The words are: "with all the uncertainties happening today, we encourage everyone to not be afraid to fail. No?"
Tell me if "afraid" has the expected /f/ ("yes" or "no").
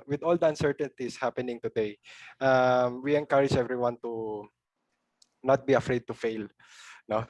yes